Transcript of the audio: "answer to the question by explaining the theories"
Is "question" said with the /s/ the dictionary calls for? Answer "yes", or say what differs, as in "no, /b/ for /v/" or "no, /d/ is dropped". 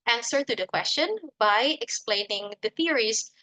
yes